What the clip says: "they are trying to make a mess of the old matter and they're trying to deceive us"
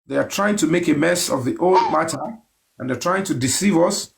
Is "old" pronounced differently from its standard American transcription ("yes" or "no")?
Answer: no